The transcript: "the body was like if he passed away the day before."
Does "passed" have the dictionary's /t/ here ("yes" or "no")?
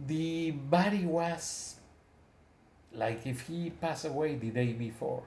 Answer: no